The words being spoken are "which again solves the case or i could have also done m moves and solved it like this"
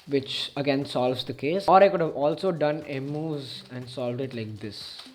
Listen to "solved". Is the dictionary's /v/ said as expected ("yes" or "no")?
yes